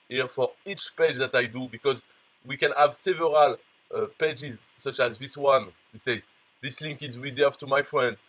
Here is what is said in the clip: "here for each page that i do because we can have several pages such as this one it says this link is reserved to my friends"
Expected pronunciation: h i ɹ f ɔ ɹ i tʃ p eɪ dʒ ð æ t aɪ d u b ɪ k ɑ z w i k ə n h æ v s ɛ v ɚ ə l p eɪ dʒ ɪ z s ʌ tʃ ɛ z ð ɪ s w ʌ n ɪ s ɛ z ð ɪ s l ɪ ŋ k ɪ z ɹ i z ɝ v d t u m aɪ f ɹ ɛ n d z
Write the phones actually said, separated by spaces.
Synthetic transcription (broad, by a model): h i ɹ f ɔ ɹ i tʃ p eɪ dʒ ð æ t aɪ d u b ɪ k ɑ z w i k ə n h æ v s ɛ v ɚ ə l p eɪ dʒ ɪ z s ʌ tʃ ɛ z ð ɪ s w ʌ n ɪ s ɛ z ð ɪ s l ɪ ŋ k ɪ z w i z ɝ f t u m aɪ f ɹ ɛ n d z